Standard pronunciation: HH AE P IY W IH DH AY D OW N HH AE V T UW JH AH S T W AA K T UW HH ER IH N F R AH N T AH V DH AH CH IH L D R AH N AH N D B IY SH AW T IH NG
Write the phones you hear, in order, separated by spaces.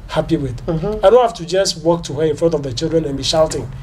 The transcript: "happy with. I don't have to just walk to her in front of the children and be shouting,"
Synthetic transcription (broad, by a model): HH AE P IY W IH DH AY D OW N HH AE F T UW JH AH S T W AA K T UW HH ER IH N F R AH N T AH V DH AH CH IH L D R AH N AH N B IY SH AW T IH NG